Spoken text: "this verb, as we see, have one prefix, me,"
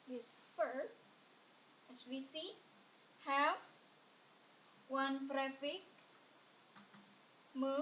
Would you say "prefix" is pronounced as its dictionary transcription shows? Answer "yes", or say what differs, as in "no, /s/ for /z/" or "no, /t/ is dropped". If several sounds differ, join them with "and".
no, /s/ is dropped